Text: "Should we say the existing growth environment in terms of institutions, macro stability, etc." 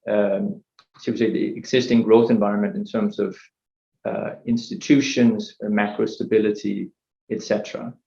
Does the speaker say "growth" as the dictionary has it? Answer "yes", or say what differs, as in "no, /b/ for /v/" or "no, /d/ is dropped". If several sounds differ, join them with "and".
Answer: yes